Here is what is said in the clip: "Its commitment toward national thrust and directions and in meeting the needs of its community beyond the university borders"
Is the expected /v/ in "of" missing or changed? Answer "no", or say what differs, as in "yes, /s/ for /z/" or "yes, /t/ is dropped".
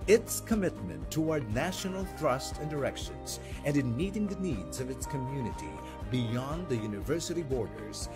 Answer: no